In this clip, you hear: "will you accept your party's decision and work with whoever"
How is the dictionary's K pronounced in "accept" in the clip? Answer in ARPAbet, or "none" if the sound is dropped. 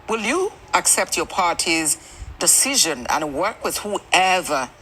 K